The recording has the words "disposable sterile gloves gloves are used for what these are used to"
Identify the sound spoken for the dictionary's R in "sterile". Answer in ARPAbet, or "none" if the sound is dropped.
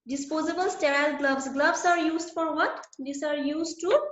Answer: R